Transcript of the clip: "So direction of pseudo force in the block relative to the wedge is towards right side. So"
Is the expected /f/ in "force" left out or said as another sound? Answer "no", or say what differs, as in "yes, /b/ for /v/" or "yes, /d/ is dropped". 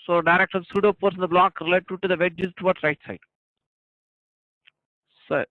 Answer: yes, /p/ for /f/